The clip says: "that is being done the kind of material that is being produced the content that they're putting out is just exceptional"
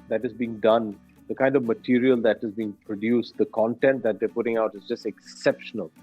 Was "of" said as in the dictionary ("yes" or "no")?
yes